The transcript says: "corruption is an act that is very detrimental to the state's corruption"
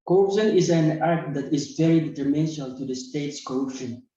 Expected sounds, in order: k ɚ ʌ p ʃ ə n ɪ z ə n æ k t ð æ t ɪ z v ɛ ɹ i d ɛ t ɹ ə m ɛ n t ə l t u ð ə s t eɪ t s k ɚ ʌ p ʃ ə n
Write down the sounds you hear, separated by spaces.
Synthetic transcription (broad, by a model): k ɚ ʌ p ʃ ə n ɪ z ə n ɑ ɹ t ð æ t ɪ z v ɛ ɹ i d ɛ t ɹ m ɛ n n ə l t u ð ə s t eɪ t s k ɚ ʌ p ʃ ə n